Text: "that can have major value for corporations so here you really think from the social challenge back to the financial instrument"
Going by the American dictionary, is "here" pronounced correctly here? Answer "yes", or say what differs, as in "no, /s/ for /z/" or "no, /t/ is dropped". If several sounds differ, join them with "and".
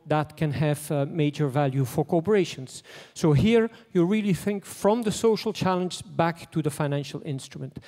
yes